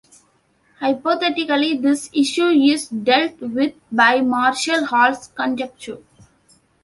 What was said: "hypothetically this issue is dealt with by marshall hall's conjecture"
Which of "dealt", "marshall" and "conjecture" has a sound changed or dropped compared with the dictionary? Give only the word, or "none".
none